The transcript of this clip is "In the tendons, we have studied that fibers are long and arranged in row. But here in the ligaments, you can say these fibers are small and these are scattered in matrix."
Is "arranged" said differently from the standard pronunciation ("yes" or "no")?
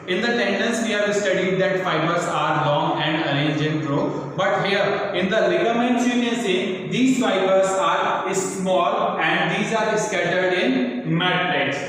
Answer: yes